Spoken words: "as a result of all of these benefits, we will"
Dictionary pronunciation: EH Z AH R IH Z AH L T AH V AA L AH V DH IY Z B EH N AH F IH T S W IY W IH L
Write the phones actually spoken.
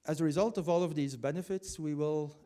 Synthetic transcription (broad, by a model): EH Z AH R IH Z AH L T AH V AA L AH V DH IY Z B EH N AH F IH T S W IY W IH L